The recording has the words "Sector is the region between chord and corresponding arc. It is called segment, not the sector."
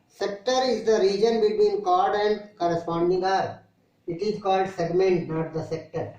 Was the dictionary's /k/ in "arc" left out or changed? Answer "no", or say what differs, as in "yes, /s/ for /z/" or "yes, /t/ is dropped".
yes, /k/ is dropped